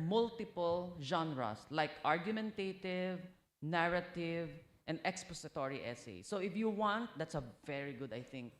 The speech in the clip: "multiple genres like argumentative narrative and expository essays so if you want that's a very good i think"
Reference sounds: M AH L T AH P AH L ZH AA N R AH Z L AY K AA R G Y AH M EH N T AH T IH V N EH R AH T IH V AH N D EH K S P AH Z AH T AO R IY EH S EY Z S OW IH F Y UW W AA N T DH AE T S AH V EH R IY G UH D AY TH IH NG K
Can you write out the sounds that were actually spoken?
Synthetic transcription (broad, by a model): M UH L T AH P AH L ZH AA N R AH S L AY K AA R G Y AH M EH N T AH T IH V N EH R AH T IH V AH N D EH K S P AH S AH T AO R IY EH S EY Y S OW IH F Y UW W AA N T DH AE T S AH V EH R IY G UH D AY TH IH NG K